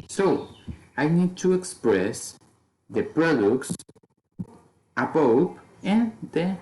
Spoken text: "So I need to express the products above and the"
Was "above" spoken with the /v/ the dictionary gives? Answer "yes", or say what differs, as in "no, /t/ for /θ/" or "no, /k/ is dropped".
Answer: no, /p/ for /v/